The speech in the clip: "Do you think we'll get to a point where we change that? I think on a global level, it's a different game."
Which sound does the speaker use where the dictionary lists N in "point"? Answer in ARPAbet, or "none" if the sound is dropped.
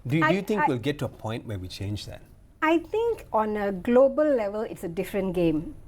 N